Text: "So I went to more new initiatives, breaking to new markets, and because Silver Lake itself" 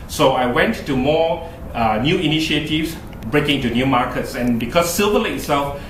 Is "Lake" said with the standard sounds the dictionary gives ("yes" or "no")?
no